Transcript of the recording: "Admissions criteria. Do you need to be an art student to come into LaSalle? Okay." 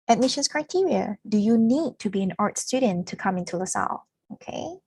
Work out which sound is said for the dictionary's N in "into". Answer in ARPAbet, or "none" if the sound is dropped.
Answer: N